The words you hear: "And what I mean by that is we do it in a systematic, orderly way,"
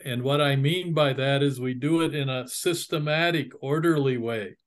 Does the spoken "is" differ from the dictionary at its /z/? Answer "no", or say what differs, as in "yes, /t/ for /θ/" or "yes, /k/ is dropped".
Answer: no